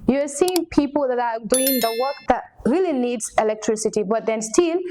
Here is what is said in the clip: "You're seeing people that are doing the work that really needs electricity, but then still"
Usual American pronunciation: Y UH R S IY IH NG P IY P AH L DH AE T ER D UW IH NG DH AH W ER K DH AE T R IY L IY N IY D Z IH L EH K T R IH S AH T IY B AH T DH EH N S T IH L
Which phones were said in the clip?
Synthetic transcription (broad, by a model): Y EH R S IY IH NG P IY P AH L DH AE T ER D UW IH NG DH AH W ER K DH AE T R IY L IY N IY D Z IH L EH K T R IH S AH T IY B AH T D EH N S T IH L